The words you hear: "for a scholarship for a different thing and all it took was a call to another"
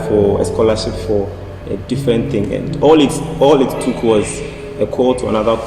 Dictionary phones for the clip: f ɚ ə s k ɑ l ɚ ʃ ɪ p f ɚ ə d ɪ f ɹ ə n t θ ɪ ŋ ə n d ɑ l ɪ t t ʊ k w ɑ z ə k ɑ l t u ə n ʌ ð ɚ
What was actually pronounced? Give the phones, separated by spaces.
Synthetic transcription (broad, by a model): f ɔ ə s k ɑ l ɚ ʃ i p f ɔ ə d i f ɹ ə n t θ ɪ ŋ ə n d ɑ l ɪ t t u k w ɑ z ə k ɑ l t u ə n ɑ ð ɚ